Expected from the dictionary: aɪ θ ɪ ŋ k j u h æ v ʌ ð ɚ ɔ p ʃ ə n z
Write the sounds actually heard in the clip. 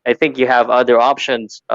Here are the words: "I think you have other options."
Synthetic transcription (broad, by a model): aɪ θ ɪ ŋ k j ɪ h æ v ʌ ð ɚ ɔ p ʃ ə n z